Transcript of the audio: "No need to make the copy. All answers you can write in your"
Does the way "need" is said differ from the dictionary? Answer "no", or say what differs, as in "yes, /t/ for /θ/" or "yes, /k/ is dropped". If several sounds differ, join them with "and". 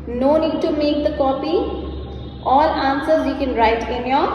no